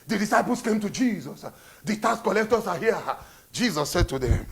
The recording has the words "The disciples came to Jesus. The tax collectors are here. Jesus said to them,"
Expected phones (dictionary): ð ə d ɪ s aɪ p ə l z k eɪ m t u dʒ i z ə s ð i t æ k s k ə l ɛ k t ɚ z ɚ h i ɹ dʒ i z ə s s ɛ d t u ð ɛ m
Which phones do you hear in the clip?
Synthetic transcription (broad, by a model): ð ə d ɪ s aɪ p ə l s k eɪ m t u dʒ i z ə s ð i t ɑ s k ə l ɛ k t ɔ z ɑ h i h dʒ i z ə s s ɛ d t u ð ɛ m